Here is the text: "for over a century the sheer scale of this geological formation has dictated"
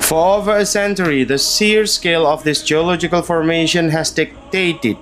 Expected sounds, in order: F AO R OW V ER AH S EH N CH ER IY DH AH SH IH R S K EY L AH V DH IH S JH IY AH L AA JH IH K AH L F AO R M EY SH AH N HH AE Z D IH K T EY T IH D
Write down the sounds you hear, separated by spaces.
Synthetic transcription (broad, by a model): F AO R OW V ER AH S EH N CH ER IY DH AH S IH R S K EY L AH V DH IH S JH IY AH L AA JH IH K AH L F AO R M EY SH AH N HH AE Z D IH K T EY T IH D